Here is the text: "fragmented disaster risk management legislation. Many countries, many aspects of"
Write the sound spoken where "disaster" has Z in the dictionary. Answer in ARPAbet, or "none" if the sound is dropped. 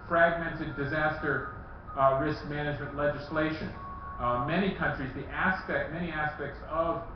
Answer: Z